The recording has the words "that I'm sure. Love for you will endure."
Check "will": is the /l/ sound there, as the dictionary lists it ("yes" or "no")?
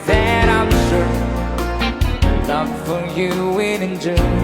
no